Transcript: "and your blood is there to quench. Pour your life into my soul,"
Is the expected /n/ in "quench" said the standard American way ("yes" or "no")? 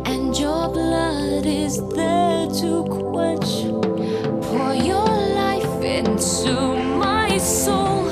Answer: no